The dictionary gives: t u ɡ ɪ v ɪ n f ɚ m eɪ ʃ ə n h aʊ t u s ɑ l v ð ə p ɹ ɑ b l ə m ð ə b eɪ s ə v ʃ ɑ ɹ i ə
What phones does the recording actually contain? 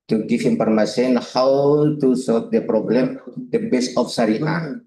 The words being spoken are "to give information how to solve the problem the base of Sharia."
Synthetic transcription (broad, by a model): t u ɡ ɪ f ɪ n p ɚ m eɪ s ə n h aʊ t u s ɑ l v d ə p ɹ ɑ b l ə m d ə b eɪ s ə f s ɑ ɹ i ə